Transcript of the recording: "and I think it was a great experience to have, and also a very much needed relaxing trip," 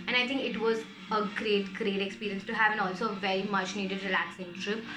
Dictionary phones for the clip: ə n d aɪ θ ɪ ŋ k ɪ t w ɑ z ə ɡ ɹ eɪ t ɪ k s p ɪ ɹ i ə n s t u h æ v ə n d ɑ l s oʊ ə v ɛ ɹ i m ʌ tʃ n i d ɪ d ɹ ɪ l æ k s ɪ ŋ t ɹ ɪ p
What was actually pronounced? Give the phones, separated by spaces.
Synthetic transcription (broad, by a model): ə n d aɪ t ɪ ŋ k ɪ t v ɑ z ə ɡ ɹ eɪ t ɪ k s p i ɹ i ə n s t u h æ v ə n ɑ l s oʊ ə v ɛ ɹ i m ʌ tʃ n i d ɪ d ɹ ɪ l æ k s ɪ ŋ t ɹ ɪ p